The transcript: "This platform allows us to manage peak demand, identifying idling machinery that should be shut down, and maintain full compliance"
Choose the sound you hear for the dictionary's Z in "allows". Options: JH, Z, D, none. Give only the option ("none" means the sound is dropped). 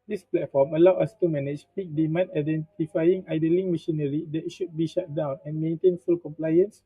none